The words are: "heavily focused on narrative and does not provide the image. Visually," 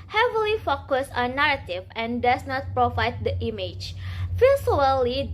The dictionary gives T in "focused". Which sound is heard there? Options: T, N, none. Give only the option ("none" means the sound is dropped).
none